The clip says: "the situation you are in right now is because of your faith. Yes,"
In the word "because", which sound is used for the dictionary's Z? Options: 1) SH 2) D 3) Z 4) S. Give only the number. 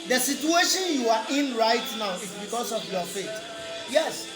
4